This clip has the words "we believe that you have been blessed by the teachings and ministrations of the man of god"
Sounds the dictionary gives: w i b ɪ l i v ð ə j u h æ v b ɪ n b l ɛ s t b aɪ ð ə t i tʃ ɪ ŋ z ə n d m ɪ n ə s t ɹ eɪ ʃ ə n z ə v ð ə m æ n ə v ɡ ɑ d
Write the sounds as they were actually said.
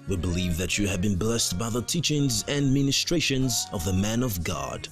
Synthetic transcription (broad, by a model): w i b ɪ l i v ð ə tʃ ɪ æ v b ɪ n b l ɛ s t b aɪ ð ə t i tʃ ɪ ŋ z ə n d m ɪ n ə s t ɹ eɪ ʃ ə n z ə v ð ə m æ n ə v ɡ ɑ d